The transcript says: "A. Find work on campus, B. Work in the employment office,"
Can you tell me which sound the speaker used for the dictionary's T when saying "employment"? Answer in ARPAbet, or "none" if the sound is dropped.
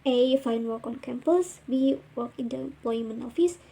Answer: none